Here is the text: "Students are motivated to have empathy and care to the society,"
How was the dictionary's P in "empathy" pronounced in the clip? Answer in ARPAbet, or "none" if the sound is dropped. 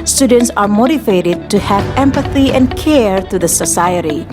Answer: P